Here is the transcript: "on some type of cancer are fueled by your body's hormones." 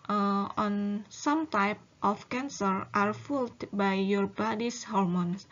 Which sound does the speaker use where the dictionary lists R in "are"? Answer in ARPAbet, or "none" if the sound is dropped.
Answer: R